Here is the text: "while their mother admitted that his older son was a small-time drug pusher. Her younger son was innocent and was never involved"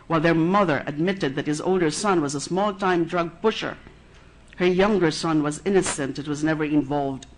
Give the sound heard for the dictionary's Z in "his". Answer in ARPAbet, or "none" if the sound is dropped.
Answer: Z